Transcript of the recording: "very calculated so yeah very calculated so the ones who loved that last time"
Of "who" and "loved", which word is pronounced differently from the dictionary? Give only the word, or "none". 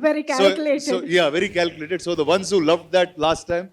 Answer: none